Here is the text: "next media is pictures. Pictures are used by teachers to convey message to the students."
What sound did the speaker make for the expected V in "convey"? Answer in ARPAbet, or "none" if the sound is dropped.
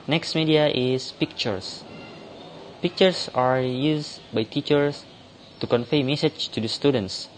F